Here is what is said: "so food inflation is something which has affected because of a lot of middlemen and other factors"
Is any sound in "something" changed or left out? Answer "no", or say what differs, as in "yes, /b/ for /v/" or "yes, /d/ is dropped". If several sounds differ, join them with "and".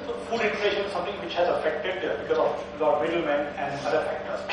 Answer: yes, /t/ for /θ/